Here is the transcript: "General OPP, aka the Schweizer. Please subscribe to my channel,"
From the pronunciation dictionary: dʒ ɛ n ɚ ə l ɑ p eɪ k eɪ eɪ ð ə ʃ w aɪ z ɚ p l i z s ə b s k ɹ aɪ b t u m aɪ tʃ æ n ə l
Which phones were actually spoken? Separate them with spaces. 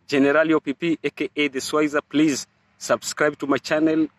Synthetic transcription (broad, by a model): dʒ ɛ n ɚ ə l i p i k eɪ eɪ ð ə s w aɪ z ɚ p l i z s ə b s k ɹ aɪ b t u m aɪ tʃ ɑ n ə l